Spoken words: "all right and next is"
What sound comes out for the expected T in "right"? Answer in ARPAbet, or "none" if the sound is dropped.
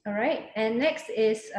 T